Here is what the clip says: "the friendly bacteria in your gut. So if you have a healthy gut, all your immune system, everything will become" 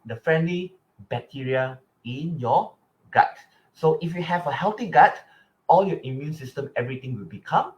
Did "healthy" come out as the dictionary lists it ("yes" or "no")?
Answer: no